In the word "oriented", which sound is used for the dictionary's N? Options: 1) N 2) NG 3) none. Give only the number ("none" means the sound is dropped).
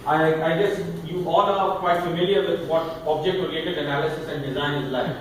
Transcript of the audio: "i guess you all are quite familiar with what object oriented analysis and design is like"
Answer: 3